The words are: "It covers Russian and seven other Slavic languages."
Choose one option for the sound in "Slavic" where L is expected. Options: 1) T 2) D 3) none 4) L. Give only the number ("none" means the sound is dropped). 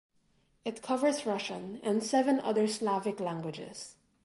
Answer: 4